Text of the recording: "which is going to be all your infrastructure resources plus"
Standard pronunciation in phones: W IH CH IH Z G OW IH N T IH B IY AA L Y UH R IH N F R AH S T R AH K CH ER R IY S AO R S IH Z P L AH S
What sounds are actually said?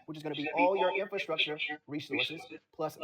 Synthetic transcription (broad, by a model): W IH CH IH Z G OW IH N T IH B IY AA L Y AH R IH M F R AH S T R AH K CH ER R IY S AO R S IH Z P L AH S